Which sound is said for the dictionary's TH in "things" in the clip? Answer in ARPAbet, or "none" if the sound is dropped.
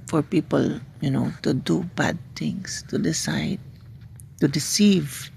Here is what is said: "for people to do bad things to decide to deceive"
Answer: T